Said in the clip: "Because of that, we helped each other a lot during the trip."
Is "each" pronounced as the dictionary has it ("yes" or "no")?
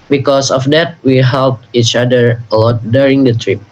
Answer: yes